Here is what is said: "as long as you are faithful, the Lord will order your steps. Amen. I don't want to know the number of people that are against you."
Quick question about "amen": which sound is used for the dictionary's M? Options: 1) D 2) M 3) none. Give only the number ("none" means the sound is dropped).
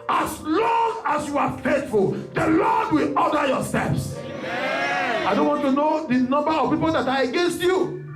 3